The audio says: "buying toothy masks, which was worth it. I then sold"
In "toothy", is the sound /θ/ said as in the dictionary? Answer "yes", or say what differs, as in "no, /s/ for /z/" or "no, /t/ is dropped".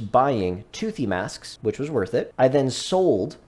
yes